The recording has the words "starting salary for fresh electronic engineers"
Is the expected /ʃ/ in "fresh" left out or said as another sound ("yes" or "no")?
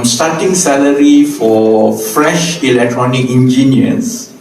no